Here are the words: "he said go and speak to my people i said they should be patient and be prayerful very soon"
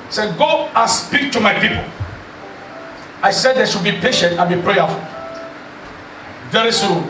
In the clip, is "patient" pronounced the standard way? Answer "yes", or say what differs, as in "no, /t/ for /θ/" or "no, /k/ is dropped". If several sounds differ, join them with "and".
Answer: yes